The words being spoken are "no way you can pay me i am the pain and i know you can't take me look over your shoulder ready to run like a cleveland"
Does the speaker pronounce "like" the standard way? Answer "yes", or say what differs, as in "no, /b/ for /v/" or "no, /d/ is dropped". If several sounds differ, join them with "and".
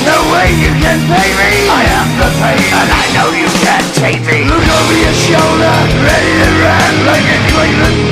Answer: no, /k/ is dropped